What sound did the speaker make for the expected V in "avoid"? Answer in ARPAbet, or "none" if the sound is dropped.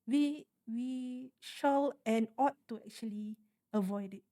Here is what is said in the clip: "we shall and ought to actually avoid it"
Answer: V